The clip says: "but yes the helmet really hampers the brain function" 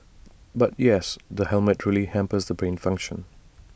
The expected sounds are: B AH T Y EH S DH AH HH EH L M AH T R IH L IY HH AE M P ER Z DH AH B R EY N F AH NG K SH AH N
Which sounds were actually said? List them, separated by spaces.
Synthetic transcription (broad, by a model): B AH T Y EH S DH AH HH EH L M AH T R IH L IY HH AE M P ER Z DH AH B R EY N F AH NG K SH AH N